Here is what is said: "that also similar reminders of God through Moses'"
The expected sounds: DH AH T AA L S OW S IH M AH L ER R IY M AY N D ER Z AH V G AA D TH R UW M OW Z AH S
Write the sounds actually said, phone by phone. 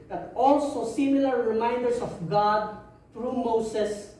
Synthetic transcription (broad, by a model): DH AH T AA L S OW S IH M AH L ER R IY M AY N D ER S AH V G AA D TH R UW M OW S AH S